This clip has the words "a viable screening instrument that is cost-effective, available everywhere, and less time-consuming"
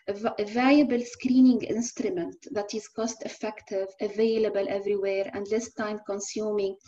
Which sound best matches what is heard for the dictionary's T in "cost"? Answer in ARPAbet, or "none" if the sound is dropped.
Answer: T